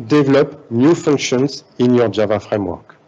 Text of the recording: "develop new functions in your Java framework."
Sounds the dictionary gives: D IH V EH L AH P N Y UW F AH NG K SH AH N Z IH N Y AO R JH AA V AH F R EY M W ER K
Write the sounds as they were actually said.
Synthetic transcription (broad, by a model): D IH V L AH P N Y UW F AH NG K SH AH N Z IH N Y AO R JH AA V AH F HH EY M W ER K